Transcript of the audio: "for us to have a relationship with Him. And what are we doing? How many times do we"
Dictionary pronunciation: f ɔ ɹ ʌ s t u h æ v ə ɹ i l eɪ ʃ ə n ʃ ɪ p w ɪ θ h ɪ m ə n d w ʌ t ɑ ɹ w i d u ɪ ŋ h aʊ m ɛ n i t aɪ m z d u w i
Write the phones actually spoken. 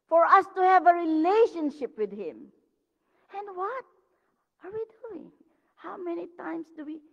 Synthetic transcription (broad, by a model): f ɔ ɹ ʌ s t u h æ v ə ɹ i l eɪ ʃ ə n ʃ ɪ p w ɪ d h ɪ m ə n d w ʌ t ɑ ɹ w i d u ɪ ŋ h aʊ m ɛ n i t aɪ m s d u w i